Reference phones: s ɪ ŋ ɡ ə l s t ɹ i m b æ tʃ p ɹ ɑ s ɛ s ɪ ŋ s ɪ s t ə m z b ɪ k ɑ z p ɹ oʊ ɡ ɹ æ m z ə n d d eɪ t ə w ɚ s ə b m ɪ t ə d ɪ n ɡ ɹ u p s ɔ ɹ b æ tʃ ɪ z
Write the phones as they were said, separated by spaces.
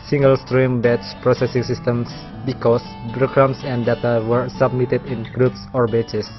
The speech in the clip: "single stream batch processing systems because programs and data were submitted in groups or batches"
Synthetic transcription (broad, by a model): s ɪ ŋ ɡ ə l s t ɹ i m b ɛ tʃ p ɹ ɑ s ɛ s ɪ ŋ s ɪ s t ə m s b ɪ k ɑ s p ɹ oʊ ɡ ɹ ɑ m s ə n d d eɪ t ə w ɚ s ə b m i t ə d ɪ n ɡ ɹ u p s ɔ ɹ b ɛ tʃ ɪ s